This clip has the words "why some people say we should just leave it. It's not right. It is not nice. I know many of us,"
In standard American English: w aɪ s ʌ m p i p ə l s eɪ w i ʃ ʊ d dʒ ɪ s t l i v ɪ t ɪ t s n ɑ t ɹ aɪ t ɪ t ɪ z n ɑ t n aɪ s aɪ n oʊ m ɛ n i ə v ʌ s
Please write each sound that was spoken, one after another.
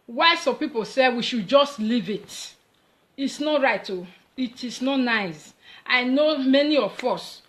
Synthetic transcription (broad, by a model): w aɪ s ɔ m p i p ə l s eɪ w i ʃ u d dʒ ɪ s t l i v ɪ t ɪ t s n ɑ t ɹ aɪ t ɪ t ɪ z n ɑ t n aɪ s aɪ n oʊ m ɛ n i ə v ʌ s